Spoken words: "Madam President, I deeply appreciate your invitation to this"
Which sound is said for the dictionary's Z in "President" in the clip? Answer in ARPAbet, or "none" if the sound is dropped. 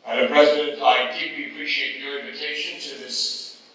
Z